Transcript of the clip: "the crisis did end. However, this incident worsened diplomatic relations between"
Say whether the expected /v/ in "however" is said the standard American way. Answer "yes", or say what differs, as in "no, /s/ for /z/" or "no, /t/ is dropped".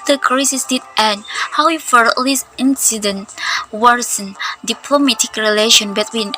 no, /f/ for /v/